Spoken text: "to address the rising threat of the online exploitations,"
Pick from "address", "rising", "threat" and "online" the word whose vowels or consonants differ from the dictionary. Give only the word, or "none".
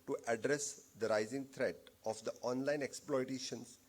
threat